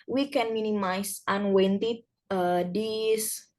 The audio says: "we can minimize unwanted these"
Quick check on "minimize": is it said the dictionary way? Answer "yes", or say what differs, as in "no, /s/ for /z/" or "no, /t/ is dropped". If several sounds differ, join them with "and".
no, /s/ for /z/